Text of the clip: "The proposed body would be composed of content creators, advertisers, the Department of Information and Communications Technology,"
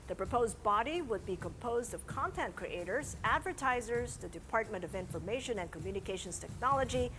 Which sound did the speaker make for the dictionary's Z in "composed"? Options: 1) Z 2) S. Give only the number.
1